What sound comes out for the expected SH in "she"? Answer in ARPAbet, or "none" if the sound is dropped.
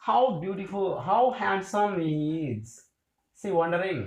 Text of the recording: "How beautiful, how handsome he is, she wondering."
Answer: S